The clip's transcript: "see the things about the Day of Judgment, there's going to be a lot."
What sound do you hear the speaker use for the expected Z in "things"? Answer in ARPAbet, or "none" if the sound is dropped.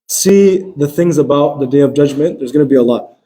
Z